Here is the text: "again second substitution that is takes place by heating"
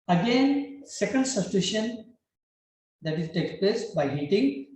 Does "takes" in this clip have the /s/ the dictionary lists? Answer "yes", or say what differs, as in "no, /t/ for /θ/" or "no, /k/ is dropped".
no, /s/ is dropped